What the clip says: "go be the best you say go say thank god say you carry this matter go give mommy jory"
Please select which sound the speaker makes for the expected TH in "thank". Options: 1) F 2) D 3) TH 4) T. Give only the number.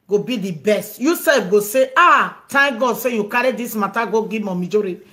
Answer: 4